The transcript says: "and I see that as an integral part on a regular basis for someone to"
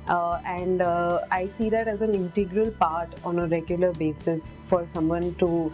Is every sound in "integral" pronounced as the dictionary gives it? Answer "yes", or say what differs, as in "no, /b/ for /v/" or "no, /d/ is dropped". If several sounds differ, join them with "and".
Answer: yes